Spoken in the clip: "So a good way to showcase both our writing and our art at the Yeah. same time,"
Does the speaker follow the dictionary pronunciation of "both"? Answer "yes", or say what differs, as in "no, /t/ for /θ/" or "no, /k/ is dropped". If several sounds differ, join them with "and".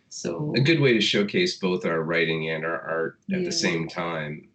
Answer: yes